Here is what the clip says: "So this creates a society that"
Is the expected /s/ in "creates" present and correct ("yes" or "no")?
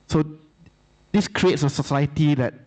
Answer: yes